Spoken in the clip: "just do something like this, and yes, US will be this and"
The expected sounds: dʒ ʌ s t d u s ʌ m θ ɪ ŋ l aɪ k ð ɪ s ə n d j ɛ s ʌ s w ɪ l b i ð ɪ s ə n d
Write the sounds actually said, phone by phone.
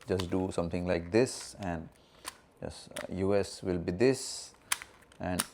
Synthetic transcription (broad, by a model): dʒ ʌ s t d u s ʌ m t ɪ ŋ l aɪ k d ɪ s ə n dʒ j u ɛ s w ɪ l b i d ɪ s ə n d